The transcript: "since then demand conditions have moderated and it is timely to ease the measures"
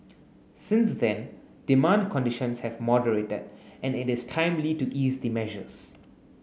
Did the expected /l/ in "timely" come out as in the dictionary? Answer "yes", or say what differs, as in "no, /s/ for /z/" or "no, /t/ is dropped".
yes